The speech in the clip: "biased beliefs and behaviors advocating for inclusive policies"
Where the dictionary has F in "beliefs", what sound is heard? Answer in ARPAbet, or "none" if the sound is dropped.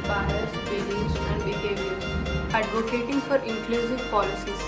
none